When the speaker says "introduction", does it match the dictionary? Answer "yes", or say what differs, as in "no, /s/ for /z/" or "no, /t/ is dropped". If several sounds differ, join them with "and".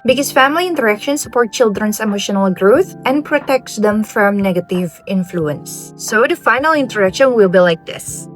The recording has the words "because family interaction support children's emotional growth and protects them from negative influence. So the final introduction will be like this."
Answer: no, /ɹ/ is dropped